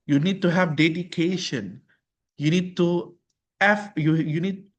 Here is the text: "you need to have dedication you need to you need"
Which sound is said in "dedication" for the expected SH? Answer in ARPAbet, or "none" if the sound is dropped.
SH